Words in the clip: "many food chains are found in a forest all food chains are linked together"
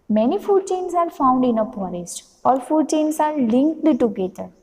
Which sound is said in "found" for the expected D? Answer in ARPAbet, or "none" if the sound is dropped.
D